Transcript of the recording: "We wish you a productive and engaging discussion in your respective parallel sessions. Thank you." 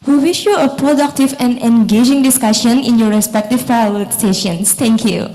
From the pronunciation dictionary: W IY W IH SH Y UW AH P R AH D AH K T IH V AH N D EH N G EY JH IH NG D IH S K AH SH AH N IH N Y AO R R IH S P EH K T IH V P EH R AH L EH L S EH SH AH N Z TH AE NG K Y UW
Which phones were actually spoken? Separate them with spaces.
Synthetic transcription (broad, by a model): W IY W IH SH Y UW AH P R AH D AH K T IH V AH N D EH N G EY JH IH NG D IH S K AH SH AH N IH N Y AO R R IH S P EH K T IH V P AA AH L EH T S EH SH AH N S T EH NG K Y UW